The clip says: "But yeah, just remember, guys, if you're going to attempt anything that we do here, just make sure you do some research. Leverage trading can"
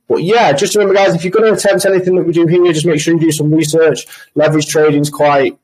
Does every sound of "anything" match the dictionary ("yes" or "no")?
yes